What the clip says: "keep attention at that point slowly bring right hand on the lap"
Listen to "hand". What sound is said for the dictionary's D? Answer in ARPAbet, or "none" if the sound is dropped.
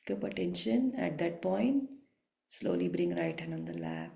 none